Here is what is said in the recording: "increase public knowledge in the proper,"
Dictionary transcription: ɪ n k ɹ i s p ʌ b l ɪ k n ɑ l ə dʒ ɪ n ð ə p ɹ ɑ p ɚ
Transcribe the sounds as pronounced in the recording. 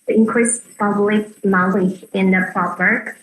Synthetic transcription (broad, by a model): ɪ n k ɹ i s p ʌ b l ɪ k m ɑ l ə ɪ n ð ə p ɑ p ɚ